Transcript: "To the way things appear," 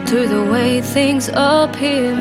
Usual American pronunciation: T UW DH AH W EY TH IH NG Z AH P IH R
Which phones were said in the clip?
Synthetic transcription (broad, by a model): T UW DH AH W EY TH IH NG Z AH P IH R